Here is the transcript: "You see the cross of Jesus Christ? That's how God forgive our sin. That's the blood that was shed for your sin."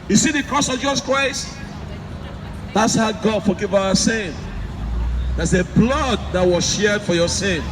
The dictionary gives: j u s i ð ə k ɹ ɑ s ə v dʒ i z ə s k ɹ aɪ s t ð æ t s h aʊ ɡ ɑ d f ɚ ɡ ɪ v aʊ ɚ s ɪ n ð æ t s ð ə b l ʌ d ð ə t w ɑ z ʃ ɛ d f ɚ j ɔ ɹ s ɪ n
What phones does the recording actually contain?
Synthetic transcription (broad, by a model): j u s i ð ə k ɹ ɑ s ə v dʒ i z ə s k ɹ aɪ s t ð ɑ t s h aʊ ɡ ɑ d f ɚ ɡ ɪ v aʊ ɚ s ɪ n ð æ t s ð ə b l ʌ d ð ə t w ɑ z ʃ ɛ d f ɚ j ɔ s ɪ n